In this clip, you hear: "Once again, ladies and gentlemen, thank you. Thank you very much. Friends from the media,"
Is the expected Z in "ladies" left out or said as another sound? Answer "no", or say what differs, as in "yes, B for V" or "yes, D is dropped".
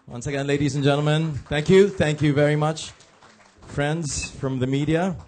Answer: no